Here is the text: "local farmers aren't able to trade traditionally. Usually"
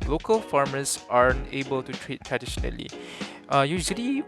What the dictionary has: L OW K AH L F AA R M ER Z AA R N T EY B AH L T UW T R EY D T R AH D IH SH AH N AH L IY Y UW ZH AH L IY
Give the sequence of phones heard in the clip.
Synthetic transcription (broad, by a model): L OW K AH L F AA R M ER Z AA R N EY B AH L T UW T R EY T T R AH D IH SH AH N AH L IY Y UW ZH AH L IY